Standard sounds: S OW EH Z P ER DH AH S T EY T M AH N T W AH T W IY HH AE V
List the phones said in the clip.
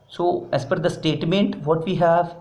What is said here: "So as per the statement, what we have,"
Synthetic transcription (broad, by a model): S OW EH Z F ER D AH S T EY T M AH N T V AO T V IY HH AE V